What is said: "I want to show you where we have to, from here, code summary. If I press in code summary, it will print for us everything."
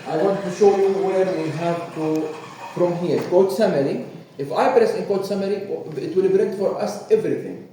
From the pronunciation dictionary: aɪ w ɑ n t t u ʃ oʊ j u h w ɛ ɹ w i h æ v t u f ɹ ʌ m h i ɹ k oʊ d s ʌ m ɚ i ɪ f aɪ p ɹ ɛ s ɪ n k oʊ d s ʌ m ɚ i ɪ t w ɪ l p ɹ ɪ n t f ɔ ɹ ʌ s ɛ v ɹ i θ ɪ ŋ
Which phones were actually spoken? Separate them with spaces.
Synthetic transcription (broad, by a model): aɪ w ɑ n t t u ʃ oʊ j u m w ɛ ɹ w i h æ v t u f ɹ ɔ m h i ɹ k oʊ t s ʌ m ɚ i ɪ f aɪ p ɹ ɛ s ɪ n k oʊ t s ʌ m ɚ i ɪ t w ɪ l b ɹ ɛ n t f ɔ ɹ ʌ s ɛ v ɹ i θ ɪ ŋ